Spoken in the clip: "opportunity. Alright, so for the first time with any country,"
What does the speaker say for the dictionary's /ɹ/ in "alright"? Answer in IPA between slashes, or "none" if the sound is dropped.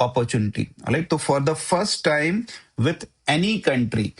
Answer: none